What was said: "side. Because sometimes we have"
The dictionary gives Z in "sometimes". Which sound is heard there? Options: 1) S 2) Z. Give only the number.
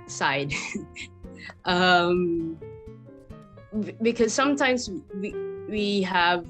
2